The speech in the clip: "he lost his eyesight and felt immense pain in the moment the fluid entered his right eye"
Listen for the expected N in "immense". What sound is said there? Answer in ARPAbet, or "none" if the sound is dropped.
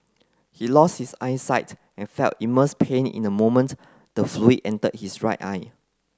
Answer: none